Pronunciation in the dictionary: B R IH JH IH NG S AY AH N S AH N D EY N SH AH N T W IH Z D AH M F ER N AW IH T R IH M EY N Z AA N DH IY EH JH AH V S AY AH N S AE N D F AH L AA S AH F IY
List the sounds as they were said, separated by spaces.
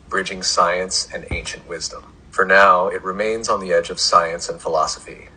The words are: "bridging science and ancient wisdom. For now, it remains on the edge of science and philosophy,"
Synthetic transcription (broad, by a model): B R IH JH IH NG S AY AH N S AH N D EY N SH AH N T W IH Z D AH M F ER N AW IH T R IH M EY N Z N DH IY EH JH AH V S AY AH N S N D F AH L AA S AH F IY